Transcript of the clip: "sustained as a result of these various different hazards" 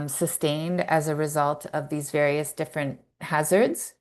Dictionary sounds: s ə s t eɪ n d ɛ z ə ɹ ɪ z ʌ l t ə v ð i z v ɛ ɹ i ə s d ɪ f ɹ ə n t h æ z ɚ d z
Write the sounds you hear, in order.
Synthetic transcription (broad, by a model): s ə s t eɪ n d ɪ z ə ɹ ɪ z ʌ l t ə v ð i z v ɛ ɹ i ə s d ɪ f ɹ ə n t h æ z ɚ d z